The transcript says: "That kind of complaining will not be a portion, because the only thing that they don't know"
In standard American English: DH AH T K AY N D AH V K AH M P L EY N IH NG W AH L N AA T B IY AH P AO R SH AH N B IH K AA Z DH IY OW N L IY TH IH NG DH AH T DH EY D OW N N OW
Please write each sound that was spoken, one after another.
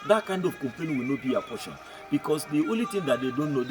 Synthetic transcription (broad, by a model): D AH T K AY N D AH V K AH M P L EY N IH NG W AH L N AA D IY AH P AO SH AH N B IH K AA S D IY OW N L IY T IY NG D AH T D EY D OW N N OW